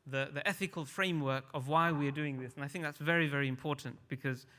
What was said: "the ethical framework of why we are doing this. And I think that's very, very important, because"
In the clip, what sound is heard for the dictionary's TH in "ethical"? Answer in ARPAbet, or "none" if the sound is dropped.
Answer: TH